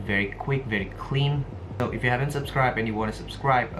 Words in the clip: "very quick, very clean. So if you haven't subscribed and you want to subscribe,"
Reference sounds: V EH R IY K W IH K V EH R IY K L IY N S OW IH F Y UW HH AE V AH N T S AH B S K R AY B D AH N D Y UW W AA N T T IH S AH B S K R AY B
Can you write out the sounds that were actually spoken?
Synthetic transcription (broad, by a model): V EH R IY K W IH K V EH R IY K L IY N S OW IH F Y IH HH AE V AH N T S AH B S K R AY B AH N Y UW W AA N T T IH S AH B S K R AY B